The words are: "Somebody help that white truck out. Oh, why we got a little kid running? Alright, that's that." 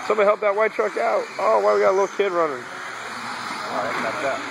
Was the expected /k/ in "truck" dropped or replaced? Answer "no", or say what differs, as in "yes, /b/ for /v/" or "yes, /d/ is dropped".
no